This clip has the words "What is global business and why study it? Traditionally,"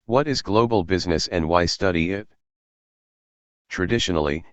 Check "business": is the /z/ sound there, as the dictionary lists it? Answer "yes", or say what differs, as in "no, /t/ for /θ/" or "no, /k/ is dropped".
yes